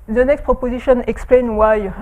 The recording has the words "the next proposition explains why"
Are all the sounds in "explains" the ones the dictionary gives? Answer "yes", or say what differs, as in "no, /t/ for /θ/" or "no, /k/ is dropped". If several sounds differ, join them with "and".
no, /z/ is dropped